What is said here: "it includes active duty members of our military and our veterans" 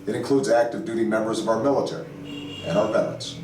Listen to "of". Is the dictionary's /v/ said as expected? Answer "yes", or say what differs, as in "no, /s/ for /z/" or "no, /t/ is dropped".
yes